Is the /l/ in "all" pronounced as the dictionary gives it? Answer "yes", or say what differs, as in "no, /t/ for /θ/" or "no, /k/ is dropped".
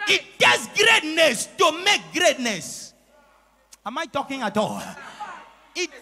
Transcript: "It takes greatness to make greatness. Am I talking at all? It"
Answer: yes